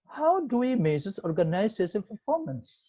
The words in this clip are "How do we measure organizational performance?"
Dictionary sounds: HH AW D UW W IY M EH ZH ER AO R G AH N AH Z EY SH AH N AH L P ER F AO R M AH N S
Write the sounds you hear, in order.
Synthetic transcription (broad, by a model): HH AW D UW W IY M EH S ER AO R G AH N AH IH S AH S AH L P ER F AO R M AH N S